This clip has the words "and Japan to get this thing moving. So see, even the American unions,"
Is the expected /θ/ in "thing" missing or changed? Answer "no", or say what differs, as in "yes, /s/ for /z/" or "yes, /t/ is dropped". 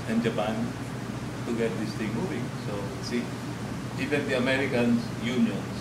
yes, /t/ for /θ/